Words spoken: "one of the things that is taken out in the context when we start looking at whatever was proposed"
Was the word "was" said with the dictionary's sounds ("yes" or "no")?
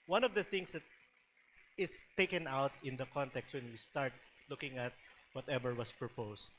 no